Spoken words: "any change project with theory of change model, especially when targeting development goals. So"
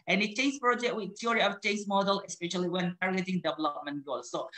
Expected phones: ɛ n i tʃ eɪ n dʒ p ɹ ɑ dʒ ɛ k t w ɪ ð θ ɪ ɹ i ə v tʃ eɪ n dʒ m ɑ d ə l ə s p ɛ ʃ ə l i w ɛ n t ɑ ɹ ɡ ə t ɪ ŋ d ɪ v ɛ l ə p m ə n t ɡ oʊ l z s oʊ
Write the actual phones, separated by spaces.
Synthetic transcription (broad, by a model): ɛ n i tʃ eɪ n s p ɹ ɑ dʒ ɛ k t w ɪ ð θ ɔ ɹ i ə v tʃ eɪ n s m ɑ d ə l ə s p ɛ ʃ ə l i w ɛ n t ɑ ɹ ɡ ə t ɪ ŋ d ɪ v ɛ l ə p m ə n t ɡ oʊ z s oʊ